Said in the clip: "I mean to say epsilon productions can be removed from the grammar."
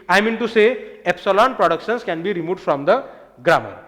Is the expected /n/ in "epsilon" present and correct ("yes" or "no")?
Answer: yes